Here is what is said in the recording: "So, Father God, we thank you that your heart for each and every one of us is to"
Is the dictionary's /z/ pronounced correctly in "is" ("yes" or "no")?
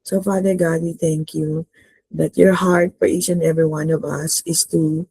no